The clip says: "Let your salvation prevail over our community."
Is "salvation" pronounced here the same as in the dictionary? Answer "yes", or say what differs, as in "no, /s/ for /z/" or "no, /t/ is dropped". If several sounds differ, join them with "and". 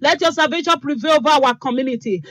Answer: no, /l/ is dropped